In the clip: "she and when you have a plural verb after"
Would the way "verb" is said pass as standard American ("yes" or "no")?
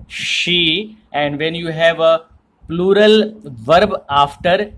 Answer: yes